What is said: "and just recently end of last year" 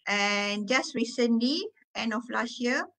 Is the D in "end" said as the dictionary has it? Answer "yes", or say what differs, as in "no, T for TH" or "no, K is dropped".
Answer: yes